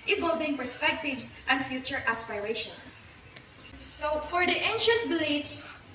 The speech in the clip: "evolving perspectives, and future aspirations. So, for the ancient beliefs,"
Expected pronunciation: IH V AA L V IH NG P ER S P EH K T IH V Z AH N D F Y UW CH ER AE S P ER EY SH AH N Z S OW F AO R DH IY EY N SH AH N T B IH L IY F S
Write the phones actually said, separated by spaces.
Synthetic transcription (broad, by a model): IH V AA L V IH NG P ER S P EH K T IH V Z AH N D F Y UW CH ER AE S P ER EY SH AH N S S OW F AO R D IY EY N SH AH N T B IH L IY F S